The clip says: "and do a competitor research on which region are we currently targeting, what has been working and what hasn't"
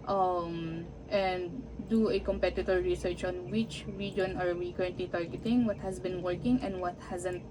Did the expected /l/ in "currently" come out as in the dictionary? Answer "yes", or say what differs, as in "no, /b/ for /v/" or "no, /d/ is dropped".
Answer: yes